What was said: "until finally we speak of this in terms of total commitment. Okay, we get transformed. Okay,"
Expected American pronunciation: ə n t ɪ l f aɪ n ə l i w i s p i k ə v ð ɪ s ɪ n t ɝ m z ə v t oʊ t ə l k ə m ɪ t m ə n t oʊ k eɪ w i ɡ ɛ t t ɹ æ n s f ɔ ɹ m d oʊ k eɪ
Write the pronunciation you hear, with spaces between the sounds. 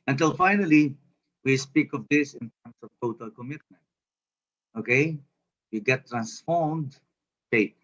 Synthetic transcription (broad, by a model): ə n t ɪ l f aɪ n ə l i w i s p i k ə v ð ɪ s ɪ n t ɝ m s ə v t oʊ t ə l k ə m ɪ t m ə n t oʊ k eɪ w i ɡ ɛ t t ɹ æ n s f ɔ ɹ m d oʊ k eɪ